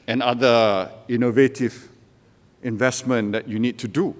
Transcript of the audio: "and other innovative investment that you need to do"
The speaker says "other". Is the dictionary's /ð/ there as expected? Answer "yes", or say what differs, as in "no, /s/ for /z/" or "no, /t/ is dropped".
no, /ð/ is dropped